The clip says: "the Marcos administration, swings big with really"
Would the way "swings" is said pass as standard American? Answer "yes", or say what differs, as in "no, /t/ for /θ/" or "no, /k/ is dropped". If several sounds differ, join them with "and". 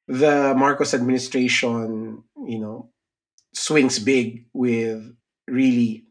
no, /s/ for /z/